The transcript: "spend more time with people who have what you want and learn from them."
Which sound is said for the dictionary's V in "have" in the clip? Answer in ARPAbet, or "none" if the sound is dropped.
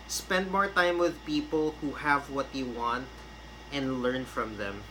V